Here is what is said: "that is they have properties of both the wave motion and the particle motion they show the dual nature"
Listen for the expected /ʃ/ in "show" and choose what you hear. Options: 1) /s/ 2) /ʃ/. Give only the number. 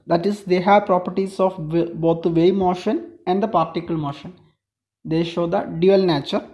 2